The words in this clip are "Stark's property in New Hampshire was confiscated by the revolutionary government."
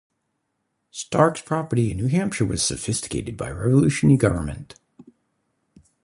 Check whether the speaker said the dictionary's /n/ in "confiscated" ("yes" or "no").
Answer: no